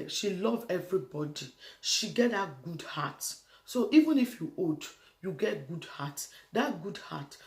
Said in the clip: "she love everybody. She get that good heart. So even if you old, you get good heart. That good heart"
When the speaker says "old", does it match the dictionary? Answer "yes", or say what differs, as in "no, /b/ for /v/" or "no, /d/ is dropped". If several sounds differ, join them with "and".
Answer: no, /l/ is dropped